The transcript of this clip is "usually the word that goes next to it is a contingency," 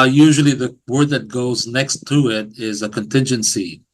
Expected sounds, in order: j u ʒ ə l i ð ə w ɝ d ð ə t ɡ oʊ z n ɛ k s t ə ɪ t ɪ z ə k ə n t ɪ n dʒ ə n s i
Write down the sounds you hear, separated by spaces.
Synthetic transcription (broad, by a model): j u ʒ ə l i ð ə w ɝ d ð ə t ɡ oʊ z n ɛ k s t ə ɪ t ɪ z ə k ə n t ɪ n dʒ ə n s i